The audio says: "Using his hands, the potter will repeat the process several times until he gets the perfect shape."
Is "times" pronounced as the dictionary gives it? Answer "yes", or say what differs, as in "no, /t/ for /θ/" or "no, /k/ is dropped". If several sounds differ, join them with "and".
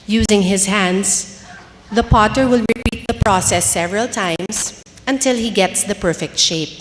no, /s/ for /z/